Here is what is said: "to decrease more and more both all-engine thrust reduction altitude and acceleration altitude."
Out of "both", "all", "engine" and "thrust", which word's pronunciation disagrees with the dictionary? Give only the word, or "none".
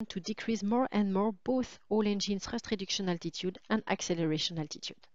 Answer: thrust